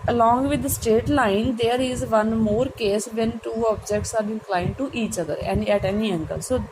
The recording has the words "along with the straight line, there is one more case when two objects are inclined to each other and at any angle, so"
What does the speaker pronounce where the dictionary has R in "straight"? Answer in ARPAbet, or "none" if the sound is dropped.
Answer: none